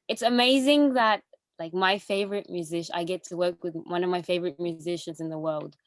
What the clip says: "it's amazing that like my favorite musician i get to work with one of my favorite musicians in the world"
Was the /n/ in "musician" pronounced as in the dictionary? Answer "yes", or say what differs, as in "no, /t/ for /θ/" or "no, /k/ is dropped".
no, /n/ is dropped